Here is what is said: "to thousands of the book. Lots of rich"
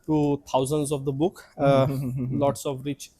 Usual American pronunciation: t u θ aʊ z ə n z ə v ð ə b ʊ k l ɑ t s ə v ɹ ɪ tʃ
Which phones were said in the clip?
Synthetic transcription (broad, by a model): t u t aʊ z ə n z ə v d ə b ʊ k l ɑ t s ə v ɹ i tʃ